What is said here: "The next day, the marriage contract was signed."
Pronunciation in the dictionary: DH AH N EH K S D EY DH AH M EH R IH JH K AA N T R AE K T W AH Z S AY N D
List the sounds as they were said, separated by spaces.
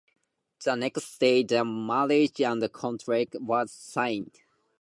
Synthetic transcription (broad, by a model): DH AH N EH K S D EY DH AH M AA L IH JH K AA N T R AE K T W AH Z S AY N D